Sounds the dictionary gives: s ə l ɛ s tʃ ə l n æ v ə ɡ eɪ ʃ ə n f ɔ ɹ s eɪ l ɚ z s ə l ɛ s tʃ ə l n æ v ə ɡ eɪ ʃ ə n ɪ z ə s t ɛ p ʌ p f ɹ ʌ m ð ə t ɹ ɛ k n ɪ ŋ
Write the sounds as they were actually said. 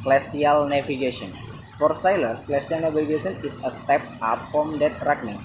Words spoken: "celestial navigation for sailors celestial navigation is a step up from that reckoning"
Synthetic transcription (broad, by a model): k l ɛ s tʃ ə l n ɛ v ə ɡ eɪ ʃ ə n f ɔ ɹ s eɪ l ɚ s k l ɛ s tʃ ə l n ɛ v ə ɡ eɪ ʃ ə n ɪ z ə s t ɛ p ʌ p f ɹ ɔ m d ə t ɹ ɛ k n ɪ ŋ